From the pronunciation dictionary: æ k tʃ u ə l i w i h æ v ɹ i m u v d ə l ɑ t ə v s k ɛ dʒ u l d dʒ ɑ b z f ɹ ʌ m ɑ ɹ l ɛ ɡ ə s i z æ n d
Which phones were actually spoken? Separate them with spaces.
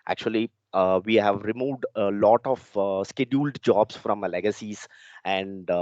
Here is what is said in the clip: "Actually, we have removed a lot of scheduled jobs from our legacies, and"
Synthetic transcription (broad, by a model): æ k tʃ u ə l i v i h æ v ɹ i m u v d ə l ɑ t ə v s k ɛ dʒ u l d dʒ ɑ b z f ɹ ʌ m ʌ l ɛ ɡ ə s i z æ n d